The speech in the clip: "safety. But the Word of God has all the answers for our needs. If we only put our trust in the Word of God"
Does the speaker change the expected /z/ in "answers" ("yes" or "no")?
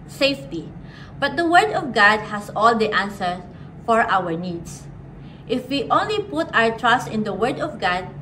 yes